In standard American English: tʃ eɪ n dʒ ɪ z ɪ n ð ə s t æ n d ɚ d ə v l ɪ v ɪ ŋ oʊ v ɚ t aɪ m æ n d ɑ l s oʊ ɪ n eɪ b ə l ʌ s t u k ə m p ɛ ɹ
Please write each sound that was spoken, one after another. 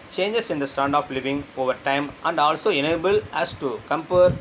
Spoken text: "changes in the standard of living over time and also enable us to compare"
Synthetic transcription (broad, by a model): tʃ eɪ n dʒ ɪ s ɪ n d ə s t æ n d d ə f l ɪ v ɪ ŋ oʊ v ɚ t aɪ m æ n d ɑ l s oʊ ɪ n eɪ b ə l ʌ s t u k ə m p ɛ ɹ